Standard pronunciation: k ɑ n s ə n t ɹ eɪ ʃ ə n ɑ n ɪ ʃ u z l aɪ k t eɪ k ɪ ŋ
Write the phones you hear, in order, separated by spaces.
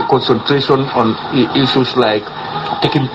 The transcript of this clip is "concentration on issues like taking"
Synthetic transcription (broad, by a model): k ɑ n s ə n t ɹ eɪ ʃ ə n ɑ n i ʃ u s l aɪ k t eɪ k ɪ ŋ